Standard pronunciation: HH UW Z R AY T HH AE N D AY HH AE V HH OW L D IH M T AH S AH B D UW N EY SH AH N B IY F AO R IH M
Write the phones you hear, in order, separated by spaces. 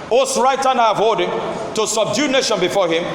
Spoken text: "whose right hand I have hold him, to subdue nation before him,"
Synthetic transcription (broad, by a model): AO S R AY T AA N AY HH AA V HH OW L D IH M T AH S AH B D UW N EY SH AH N B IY F AO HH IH M